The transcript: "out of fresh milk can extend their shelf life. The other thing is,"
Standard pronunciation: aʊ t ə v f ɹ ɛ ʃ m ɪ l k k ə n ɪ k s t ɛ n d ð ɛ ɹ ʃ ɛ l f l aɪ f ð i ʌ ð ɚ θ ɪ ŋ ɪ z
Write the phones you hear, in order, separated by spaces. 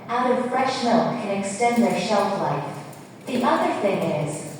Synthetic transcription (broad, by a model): aʊ t ə v f ɹ ɛ ʃ m ɪ l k k ə n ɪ k s t ɛ n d ð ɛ ɹ ʃ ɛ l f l aɪ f ð i ʌ ð ɚ θ ɪ ŋ ɪ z